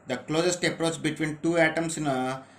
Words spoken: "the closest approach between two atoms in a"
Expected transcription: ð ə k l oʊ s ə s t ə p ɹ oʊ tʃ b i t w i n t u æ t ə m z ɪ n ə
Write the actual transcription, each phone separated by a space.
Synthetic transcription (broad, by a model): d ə k l oʊ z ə s t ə p ɹ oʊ s b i t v i n t u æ t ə m s ɪ n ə